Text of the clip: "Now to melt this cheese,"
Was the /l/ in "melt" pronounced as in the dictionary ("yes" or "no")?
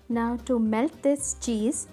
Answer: yes